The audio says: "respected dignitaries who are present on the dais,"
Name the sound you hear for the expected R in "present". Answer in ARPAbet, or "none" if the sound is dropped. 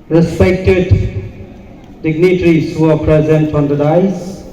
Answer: R